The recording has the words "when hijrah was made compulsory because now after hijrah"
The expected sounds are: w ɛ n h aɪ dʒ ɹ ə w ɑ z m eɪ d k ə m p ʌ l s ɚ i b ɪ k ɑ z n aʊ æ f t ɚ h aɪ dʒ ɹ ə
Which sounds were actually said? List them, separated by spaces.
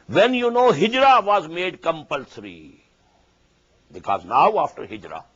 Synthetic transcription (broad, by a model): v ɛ n h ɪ dʒ ɹ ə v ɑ z m eɪ d k ə m p ʌ l s ɚ i b ɪ k ɑ z n aʊ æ f t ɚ h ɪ dʒ ɹ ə